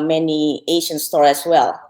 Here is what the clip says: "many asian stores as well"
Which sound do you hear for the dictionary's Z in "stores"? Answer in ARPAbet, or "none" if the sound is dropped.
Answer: none